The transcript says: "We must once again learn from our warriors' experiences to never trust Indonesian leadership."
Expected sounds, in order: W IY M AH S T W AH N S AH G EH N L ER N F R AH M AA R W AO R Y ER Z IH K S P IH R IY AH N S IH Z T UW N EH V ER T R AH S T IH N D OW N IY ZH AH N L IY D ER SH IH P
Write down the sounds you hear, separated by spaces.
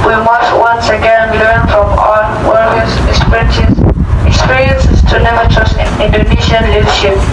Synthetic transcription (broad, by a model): W IY M AH S T W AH N S AH G EH N L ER N F R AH M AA L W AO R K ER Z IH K S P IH R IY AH N S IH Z T UW N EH V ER T R AH S T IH N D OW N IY SH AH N L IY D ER SH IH P